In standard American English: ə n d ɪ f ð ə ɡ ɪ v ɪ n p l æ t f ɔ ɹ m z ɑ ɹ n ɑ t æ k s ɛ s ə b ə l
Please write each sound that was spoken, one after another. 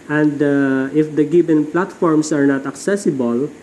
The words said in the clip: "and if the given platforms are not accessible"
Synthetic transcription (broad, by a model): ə n d ɪ f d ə ɡ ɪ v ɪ n p l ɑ t f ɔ ɹ m s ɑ ɹ n ɑ t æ k s ɛ s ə b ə l